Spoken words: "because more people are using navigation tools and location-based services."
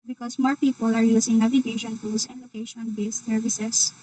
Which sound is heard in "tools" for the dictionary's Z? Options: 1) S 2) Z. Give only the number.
1